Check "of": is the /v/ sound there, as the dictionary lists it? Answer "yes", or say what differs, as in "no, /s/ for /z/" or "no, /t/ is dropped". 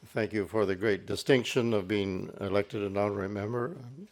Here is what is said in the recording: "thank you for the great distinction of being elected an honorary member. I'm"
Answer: yes